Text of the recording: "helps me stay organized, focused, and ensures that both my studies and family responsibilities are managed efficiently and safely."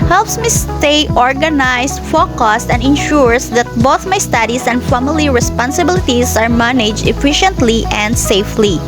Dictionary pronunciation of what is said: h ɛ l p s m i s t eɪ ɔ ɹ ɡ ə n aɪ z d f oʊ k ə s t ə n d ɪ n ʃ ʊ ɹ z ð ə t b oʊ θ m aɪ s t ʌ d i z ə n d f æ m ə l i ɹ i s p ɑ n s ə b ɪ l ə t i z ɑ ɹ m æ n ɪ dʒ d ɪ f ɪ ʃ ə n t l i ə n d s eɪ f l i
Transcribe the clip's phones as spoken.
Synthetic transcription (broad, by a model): h ɛ l p s m i s t eɪ ɔ ɹ ɡ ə n aɪ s f oʊ k ə s t ə n d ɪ n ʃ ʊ ɹ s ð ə t b oʊ θ m aɪ s t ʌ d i s ə n d f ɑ m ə l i ɹ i s p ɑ n s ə b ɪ l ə t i s ɑ ɹ m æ n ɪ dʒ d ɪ f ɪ ʃ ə n t l i ə n d s eɪ f l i